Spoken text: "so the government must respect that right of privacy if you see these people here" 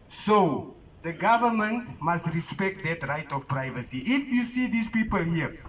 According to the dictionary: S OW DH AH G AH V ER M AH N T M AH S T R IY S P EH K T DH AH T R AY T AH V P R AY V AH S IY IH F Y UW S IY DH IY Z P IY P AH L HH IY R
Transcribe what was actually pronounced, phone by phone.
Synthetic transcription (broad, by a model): S OW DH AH G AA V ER M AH N T M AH S T R IY S P EH K T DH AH T R AY T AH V P R AY V AH S IY IH F Y UW S IY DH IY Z P IY P AH L HH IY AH